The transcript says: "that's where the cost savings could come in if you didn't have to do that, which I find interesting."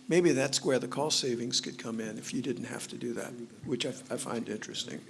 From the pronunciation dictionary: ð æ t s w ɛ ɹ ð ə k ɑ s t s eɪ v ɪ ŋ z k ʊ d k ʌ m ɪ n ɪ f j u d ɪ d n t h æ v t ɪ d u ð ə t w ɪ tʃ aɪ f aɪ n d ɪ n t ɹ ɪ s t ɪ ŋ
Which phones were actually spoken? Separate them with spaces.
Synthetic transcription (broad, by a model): ð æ t s w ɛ ɹ ð ə k ɑ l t s eɪ v ɪ ŋ z k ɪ d k ʌ m ɪ n ɪ f j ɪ d ɪ d n t h æ f t ɪ d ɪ ð ə t w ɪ tʃ aɪ f aɪ n d ɪ n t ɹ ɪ s t ɪ ŋ